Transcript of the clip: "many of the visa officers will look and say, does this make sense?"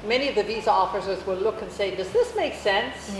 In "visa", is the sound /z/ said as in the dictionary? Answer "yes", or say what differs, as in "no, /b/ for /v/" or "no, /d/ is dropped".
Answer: yes